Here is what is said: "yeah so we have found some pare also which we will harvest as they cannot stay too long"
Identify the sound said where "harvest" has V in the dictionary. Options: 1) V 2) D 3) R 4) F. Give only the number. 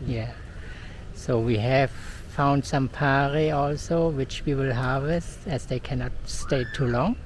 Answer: 1